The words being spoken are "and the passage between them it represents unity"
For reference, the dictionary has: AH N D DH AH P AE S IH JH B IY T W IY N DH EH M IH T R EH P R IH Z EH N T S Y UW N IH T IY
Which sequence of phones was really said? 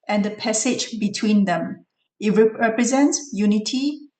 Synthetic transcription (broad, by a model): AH N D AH P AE S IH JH B IY T W IY N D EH M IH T R EH P R IH Z EH N T S Y UW N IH T IY